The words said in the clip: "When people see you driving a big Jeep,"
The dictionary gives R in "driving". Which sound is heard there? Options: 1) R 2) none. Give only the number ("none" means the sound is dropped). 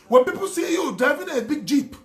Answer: 2